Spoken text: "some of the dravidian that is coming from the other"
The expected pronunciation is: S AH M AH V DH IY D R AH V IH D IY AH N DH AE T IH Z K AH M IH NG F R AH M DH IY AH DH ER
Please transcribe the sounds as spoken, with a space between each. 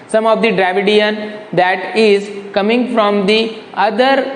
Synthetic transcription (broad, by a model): S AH M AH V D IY D R AH V IH D IY AH N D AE T IH Z K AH M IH NG F R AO M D IY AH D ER